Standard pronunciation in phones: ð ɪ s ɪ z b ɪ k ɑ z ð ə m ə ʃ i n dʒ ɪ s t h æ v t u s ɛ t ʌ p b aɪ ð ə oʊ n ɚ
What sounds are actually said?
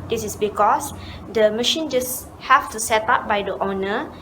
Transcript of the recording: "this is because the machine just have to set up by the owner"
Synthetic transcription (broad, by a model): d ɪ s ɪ s b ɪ k ɑ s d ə m ə ʃ i n dʒ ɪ s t h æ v t u s ɛ t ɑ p b aɪ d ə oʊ n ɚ